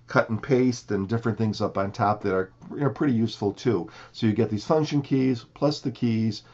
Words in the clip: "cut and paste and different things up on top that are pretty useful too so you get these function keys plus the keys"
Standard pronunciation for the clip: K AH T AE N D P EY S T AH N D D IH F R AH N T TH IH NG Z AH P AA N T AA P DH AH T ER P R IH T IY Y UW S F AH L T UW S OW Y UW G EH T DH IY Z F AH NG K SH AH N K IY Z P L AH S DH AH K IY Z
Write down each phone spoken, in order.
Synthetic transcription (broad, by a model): K AH T N P EY S T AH N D D IH F R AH N TH IH NG Z AH P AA N T AA P DH AH T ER P R IH T IY Y UW S F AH L T UW S OW Y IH G EH T DH IY Z F AH NG K SH AH N K IY Z P L AH S DH AH K IY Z